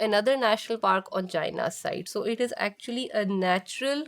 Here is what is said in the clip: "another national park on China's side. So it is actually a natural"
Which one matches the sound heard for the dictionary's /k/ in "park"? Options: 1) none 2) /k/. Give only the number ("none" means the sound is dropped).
2